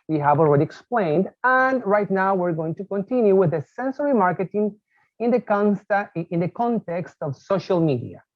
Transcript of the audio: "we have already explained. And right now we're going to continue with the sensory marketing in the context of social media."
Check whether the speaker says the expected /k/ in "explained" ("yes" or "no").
yes